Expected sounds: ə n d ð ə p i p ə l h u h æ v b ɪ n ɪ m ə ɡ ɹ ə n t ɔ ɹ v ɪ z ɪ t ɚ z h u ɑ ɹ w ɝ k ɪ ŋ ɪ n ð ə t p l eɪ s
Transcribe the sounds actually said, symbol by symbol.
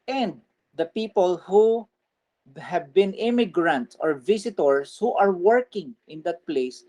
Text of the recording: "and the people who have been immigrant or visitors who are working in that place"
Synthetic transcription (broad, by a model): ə n d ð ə p i p ə l h u h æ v b ɪ n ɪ m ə ɡ ɹ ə n t ɔ ɹ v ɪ s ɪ t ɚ s h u ɑ ɹ w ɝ k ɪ ŋ ɪ n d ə t p l eɪ s